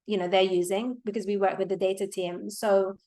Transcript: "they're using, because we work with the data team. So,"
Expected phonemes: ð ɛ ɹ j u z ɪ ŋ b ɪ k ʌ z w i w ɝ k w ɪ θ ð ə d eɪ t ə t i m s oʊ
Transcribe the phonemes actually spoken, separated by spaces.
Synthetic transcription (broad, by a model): ð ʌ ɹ j u z ɪ ŋ b ɪ k ʌ z w i w ɝ k w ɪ ð ə d eɪ t ə t i m s oʊ